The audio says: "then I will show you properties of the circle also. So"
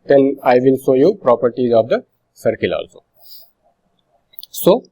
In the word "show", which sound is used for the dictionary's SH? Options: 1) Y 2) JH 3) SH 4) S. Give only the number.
4